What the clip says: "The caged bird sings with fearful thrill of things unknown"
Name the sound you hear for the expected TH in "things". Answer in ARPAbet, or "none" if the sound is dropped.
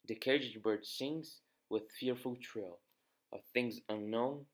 TH